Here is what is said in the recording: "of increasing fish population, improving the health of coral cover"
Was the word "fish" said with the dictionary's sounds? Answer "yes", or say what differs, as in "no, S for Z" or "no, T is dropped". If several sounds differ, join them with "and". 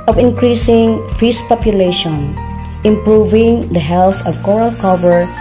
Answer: no, S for SH